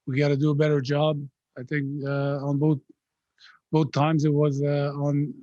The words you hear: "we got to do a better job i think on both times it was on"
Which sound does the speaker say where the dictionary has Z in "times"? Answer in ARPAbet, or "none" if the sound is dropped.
Z